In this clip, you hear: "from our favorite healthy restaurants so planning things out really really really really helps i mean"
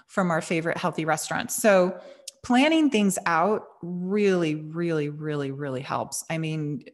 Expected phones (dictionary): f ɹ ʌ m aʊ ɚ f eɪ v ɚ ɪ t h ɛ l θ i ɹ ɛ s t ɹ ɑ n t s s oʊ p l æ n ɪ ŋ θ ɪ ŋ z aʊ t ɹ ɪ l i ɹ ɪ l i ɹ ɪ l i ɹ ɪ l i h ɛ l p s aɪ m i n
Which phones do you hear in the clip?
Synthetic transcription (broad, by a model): f ɹ ʌ m aʊ ɚ f eɪ v ɚ ɪ t h ɛ l θ i ɹ ɛ s t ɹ ɑ n t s s oʊ p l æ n ɪ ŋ θ ɪ ŋ z aʊ t ɹ ɪ l i ɹ ɪ l i ɹ ɪ l i ɹ ɪ l i h ɛ l p s aɪ m i n